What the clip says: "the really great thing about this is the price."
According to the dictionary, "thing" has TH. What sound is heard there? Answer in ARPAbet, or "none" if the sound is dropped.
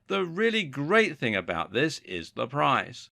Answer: TH